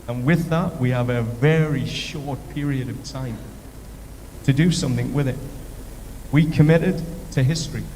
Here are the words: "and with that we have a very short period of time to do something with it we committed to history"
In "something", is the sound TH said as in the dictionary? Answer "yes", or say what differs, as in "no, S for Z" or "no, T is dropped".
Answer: yes